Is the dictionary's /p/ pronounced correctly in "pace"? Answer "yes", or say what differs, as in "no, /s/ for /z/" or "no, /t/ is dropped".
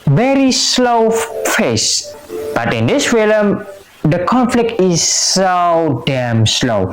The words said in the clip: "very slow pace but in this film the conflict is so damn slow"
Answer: no, /f/ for /p/